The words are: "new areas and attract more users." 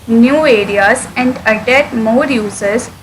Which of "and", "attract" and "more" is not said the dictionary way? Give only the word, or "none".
attract